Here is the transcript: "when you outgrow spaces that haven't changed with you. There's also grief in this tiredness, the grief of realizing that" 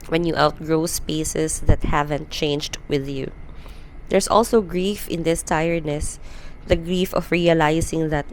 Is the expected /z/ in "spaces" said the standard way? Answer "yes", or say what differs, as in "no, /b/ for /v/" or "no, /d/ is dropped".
no, /s/ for /z/